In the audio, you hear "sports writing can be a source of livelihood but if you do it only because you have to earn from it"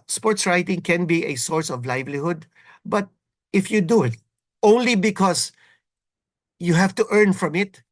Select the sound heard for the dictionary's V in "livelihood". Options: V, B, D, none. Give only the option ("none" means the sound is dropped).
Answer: V